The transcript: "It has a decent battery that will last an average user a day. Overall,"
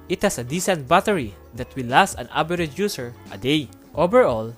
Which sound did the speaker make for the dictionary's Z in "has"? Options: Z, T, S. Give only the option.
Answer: S